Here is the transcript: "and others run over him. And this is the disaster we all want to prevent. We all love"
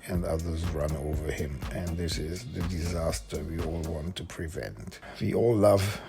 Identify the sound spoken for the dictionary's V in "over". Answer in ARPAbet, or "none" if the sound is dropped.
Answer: V